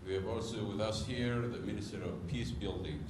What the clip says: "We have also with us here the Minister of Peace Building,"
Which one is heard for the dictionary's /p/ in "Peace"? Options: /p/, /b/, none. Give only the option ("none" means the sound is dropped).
/p/